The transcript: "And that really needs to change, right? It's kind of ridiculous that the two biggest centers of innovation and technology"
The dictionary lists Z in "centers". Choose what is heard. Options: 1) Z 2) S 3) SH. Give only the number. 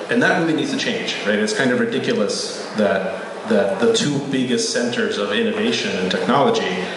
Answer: 1